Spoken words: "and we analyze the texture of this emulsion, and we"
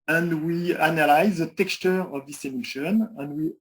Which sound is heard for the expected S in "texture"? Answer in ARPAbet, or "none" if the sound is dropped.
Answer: S